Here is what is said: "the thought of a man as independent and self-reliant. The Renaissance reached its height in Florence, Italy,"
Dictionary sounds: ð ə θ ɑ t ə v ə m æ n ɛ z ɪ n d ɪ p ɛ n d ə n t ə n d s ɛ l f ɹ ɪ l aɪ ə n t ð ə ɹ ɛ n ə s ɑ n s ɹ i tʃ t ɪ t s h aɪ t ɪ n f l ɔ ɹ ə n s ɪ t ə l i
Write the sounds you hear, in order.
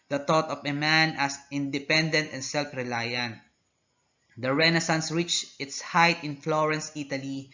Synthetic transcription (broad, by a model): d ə t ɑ t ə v ə m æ n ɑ s ɪ n d ɪ p ɛ n d ə n t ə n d s ɛ l f ɹ ɪ l aɪ ə n t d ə ɹ ɛ n ə s ɑ n s ɹ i tʃ ɪ t s h aɪ t ɪ n f l ɔ ɹ ə n s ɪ t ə l i